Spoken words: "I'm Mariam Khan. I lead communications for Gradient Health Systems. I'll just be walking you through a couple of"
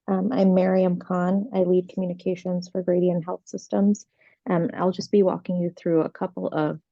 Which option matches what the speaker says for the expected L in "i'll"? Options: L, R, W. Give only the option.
L